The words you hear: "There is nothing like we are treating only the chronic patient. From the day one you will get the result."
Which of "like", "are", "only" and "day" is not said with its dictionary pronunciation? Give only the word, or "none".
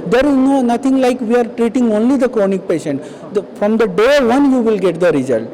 none